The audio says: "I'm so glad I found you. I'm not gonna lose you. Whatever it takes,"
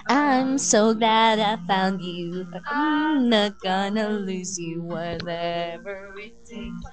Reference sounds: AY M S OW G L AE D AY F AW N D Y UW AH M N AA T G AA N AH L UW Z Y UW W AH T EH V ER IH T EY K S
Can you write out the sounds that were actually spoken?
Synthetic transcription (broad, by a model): AY M S OW G L AE D AY F AW N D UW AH N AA T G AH N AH L UW Z Y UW W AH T EH V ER IH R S